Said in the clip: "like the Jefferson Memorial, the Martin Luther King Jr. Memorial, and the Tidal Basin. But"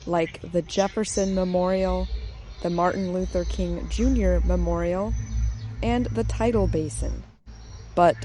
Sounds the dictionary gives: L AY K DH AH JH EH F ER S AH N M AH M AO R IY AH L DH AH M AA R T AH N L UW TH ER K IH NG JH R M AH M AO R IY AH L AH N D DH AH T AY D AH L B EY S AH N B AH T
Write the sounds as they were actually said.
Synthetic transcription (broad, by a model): L AY K DH AH JH EH F ER S AH N M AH M AO R IY L DH AH M AA R T N L UW TH ER K IH NG JH R M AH M AO R IY L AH N DH AH T AY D L B EY S AH N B AH T